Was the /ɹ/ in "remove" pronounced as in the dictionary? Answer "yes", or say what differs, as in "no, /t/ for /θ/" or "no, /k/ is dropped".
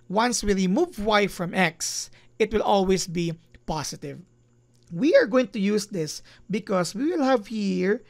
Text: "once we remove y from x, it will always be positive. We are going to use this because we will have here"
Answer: no, /l/ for /ɹ/